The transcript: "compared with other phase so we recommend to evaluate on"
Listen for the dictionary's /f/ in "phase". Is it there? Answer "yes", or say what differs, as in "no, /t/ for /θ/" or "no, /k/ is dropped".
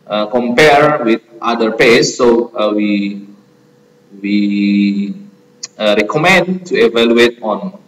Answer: no, /p/ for /f/